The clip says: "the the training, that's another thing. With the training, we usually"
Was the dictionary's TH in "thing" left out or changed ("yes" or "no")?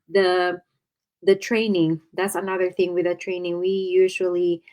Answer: no